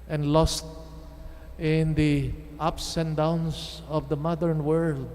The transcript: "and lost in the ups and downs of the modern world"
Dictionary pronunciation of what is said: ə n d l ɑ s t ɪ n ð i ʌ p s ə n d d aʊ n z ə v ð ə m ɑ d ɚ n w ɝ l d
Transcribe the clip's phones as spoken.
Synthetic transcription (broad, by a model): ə n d l ɑ s t ɪ n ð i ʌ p s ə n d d aʊ n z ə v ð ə m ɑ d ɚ n w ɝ l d